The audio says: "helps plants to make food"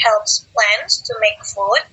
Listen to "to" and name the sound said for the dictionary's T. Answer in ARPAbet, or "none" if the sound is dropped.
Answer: T